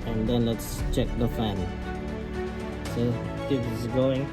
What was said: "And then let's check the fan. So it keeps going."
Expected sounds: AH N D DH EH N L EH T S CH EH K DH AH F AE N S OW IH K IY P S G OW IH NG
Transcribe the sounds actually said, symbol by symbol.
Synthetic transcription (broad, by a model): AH N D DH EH N L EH T S CH EH K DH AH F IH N S OW IH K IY S G OW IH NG